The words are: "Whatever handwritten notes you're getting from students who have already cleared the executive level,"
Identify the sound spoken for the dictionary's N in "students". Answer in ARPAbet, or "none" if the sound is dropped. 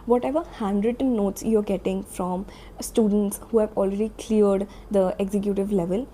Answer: N